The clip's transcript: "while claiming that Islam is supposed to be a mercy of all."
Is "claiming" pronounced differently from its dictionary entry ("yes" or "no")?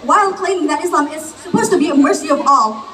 yes